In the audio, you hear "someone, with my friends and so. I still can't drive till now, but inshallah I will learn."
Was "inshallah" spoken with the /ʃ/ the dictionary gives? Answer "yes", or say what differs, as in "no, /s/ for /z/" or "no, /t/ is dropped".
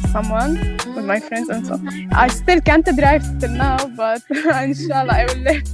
yes